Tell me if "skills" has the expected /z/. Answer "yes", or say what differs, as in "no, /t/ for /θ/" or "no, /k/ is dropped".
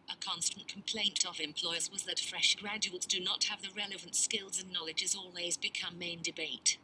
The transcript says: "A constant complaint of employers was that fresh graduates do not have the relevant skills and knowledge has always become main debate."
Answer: yes